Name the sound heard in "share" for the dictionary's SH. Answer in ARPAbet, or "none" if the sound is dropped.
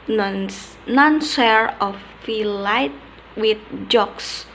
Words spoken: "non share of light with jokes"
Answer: S